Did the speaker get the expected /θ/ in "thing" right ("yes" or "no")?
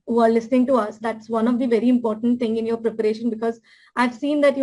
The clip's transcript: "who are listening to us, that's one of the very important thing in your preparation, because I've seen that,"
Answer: no